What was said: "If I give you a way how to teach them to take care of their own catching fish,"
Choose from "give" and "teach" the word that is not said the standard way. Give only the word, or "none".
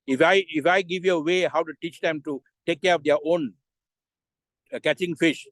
none